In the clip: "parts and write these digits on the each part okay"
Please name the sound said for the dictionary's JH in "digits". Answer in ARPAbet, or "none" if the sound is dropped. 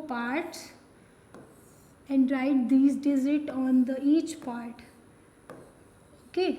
Z